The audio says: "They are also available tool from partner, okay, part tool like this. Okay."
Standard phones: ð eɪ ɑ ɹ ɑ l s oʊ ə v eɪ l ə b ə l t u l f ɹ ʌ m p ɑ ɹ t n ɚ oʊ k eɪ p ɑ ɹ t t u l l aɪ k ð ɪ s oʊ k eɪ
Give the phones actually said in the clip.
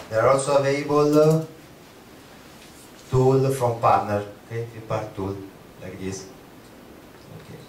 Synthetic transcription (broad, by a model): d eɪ ɑ ɹ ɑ n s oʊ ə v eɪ ə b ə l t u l f ɹ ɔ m p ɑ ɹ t n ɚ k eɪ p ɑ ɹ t t u l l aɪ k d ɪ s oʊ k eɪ